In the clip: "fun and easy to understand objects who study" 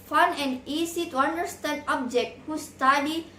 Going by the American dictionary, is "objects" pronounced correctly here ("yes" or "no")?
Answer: no